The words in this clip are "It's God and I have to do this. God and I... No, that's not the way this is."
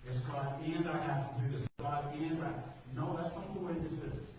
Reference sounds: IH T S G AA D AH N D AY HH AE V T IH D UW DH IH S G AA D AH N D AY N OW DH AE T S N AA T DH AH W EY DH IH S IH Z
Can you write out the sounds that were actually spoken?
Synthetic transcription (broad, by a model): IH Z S G AA D AH N D AY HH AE F T IH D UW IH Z G AA D AH N D AY N OW DH AE T S L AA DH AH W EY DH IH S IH